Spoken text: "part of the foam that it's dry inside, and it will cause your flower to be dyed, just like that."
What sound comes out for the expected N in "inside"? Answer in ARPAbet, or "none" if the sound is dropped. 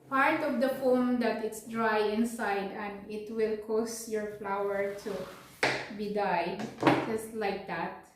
N